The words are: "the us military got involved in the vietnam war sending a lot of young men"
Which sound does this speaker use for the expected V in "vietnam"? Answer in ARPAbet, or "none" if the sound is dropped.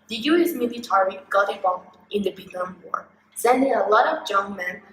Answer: B